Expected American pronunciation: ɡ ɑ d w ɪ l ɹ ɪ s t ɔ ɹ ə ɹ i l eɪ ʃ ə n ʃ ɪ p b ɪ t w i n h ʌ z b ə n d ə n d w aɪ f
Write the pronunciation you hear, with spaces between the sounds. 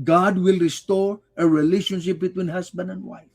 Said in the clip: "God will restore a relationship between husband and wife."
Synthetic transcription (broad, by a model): ɡ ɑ d w ɪ l ɹ ɪ s t ɔ ɹ ə ɹ i l eɪ ʃ ə n ʃ ɪ p b ɪ t w i n h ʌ s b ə n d ə n d w aɪ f